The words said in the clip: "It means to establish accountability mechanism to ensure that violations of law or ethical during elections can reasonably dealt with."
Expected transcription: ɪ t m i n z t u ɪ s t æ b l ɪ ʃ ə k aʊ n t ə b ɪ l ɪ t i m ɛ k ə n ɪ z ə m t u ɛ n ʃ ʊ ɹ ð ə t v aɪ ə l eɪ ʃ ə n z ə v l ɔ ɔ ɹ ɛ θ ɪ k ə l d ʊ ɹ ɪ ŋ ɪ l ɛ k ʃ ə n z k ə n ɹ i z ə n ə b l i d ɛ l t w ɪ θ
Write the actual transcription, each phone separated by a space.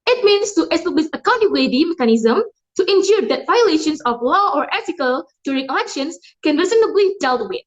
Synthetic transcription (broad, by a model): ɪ t m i n s t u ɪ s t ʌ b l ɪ s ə k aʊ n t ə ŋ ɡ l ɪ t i m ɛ k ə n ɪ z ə m t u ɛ n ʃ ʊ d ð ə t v aɪ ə l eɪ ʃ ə n s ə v l ɔ ɔ ɹ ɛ t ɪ k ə l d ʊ ɹ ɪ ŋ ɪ l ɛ k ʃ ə n s k ə n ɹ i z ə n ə b l i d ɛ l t w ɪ